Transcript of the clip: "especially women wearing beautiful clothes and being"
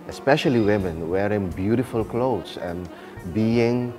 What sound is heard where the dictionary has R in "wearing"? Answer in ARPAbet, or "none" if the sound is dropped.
R